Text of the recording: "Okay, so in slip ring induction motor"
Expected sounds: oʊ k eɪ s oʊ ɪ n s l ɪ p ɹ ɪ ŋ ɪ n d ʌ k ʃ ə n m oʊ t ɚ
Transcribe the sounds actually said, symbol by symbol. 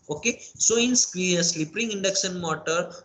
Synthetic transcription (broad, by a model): oʊ k eɪ s oʊ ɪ n s l ɪ p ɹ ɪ ŋ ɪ n d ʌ k s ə n m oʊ t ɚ